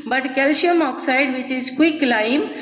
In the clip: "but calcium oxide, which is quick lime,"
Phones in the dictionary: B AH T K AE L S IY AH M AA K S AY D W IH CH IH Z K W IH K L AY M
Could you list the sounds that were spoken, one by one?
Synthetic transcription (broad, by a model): B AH T K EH L SH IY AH M AA K S AY D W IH CH IH Z K W IH K L AY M